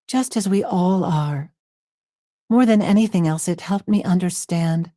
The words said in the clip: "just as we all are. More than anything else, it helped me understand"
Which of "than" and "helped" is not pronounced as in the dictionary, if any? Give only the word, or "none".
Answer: none